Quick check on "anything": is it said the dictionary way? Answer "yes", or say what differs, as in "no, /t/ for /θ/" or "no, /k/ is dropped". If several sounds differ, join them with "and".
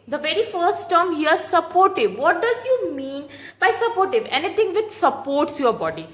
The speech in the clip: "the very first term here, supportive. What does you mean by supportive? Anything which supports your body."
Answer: no, /t/ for /θ/